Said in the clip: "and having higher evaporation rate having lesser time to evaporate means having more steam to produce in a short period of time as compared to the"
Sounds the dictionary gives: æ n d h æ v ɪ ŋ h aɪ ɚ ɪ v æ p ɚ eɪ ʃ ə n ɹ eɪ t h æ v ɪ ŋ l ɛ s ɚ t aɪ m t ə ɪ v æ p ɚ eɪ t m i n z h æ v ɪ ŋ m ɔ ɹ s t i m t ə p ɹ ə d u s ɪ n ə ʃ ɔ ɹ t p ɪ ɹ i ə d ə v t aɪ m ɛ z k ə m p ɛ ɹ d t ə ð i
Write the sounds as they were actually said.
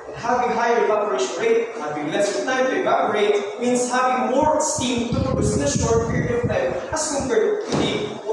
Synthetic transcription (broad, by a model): h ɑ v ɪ ŋ h aɪ ɚ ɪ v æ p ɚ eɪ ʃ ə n ɹ eɪ t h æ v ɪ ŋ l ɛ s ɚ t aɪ t ə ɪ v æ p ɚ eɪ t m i n s h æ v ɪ ŋ m ɔ ɹ s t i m t ə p ə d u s ɪ n ə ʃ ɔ ɹ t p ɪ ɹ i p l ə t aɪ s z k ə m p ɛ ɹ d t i